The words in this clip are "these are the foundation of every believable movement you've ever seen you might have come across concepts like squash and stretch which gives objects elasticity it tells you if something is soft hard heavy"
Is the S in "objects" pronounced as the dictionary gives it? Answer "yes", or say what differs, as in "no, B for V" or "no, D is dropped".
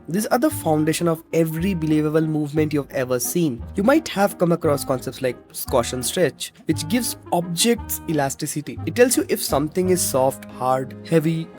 yes